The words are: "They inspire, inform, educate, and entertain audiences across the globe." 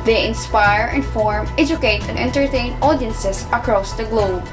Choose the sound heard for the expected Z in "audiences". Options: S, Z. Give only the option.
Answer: S